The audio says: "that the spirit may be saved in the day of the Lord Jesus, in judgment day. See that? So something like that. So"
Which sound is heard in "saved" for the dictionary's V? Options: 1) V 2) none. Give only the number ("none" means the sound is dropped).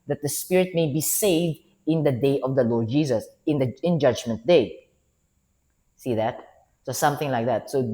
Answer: 1